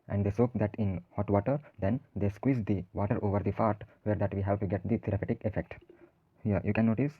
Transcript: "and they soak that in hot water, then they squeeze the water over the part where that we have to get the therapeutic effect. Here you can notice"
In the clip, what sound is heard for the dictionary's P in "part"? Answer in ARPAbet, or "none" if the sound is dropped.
F